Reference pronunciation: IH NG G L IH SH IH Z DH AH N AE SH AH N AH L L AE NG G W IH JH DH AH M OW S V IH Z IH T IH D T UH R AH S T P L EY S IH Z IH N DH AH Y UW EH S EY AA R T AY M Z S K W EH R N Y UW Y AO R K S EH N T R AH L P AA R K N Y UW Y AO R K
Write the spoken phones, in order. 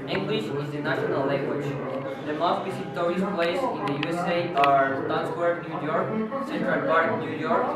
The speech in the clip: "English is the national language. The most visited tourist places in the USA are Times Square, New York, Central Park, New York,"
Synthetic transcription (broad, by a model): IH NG G L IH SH IH Z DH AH N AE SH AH N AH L L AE NG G W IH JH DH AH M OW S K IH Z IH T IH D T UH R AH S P L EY IH S IH N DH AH Y UW EH S EY AA R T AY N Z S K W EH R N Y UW Y AO R K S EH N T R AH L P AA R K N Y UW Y AO R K